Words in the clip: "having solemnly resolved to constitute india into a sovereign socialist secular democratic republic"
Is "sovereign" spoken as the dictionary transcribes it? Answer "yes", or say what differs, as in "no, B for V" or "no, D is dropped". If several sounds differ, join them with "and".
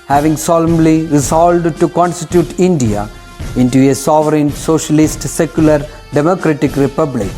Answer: yes